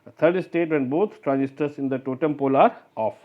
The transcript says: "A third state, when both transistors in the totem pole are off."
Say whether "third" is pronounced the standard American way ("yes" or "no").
no